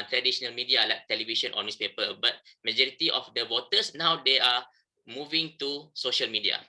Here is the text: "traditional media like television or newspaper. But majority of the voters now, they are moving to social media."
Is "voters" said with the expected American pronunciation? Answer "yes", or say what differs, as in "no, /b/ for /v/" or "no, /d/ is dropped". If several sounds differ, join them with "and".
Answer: no, /w/ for /v/ and /s/ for /z/